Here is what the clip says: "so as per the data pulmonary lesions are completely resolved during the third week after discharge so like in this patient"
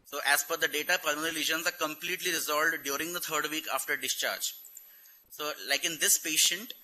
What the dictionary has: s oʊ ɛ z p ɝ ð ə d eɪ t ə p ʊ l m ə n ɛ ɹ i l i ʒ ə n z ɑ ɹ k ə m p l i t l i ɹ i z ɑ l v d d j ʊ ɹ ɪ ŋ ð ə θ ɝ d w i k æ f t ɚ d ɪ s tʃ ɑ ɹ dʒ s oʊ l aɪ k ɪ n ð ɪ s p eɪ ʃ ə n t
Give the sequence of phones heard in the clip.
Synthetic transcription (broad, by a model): s oʊ ɛ z f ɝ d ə d eɪ t ə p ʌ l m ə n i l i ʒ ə n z ɑ ɹ k ə m p l i t l i ɹ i z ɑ l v d d j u ɹ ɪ ŋ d ə t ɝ d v i k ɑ f t ɚ d ɪ s tʃ ɑ ɹ dʒ s oʊ l aɪ k ɪ n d ɪ s p eɪ ʃ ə n t